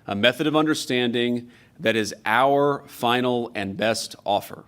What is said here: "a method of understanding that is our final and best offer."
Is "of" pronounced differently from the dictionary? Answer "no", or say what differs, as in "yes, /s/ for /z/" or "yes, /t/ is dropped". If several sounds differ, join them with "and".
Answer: no